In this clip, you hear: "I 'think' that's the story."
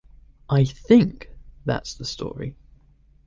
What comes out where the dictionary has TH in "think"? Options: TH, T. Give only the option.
TH